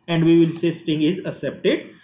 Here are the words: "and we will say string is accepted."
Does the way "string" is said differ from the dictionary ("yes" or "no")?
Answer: yes